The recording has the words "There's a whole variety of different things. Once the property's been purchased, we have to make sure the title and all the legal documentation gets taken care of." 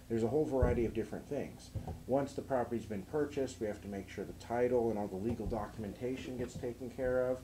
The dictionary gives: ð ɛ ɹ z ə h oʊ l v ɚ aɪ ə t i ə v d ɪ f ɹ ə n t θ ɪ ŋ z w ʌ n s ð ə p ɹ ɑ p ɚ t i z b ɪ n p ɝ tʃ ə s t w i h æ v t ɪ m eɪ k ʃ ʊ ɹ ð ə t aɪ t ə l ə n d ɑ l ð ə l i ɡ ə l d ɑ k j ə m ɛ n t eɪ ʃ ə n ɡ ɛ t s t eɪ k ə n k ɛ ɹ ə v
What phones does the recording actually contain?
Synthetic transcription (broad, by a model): ð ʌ ɹ z ə h oʊ l v ɚ aɪ ə t i ə v d ɪ f ɹ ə n θ ɪ ŋ z w ʌ n s ð ə p ɹ ɑ p ɚ t i z b ɪ n p ɝ tʃ ə s t w i h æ f t ɪ m eɪ k ʃ ʊ ɹ ð ə t aɪ t l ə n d ɑ l ð ə l i ɡ l d ɑ k j ə m ɛ n t eɪ ʃ ə n ɡ ɛ t s t eɪ k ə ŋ k ɛ ɹ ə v